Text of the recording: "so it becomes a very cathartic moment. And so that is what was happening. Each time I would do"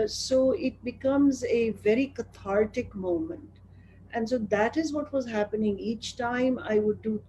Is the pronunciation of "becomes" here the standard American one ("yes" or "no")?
yes